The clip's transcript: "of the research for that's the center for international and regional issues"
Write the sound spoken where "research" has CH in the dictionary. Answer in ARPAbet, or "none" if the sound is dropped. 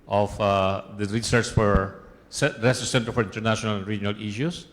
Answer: S